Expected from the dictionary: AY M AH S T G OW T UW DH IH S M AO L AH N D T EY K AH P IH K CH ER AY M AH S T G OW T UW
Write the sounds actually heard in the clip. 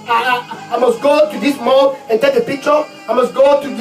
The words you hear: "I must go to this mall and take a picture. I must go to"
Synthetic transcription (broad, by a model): AY M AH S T G OW T UW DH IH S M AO N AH N T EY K AH P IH K CH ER AY M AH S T G OW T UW